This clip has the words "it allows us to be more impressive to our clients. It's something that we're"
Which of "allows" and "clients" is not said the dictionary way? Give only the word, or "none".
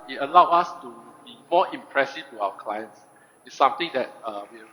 allows